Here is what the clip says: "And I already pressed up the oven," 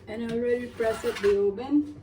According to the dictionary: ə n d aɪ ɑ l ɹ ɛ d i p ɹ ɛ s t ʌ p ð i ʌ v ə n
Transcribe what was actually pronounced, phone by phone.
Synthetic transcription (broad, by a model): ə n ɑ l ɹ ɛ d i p ɹ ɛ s ʌ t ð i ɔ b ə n